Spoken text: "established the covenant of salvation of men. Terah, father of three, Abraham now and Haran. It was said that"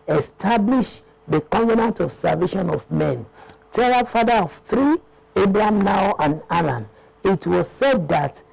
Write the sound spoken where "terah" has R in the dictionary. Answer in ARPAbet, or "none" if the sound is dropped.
L